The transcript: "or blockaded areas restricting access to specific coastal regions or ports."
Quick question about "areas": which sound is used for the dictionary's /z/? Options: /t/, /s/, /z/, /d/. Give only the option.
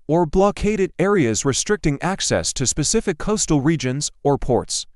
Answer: /z/